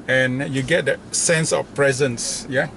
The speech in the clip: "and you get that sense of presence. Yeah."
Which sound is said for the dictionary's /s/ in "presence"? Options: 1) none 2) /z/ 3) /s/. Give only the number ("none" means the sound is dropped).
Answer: 3